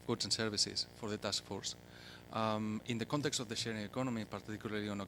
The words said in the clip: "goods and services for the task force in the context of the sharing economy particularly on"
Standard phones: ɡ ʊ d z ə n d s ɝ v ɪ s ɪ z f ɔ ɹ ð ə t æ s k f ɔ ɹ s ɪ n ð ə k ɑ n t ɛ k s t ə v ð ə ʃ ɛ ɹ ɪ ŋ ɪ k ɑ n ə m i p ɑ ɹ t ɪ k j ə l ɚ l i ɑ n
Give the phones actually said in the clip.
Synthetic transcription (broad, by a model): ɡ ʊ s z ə n s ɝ b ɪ s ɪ s f ɔ ɹ ð ə t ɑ s k f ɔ ɹ s ɪ n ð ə k ɑ n t ɛ k s t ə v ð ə ʃ ɛ ɹ ɪ ŋ ɪ k ɑ n ə m i p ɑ ɹ t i k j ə l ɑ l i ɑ n